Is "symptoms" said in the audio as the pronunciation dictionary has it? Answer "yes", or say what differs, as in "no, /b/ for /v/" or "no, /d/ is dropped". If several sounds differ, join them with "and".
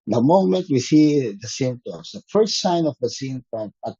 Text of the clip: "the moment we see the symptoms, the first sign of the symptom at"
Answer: no, /p/ is dropped